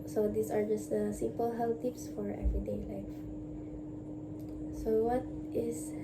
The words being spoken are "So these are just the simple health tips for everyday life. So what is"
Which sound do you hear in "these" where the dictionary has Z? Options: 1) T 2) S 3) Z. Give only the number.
2